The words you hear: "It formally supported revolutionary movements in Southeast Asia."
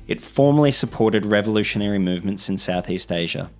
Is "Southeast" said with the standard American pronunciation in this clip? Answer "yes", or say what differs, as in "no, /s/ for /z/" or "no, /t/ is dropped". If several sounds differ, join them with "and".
yes